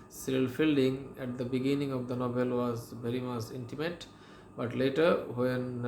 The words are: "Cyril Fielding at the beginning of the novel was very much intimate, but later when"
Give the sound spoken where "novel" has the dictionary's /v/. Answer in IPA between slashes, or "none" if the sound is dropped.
/b/